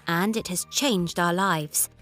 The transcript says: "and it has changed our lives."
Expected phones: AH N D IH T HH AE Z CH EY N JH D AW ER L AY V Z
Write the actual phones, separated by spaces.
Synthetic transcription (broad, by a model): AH N D IH T HH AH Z CH EY N JH D AW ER L AY V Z